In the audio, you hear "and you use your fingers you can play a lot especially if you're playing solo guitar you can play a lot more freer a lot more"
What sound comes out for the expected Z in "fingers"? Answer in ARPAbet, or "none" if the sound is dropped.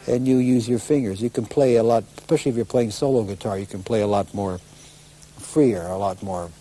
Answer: Z